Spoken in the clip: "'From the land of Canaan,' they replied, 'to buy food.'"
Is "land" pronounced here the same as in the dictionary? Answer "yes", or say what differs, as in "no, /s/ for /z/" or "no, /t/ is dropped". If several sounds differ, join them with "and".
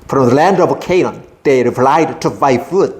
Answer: yes